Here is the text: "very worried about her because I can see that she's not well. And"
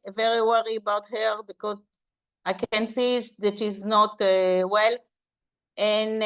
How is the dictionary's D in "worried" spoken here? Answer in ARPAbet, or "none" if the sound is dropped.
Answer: none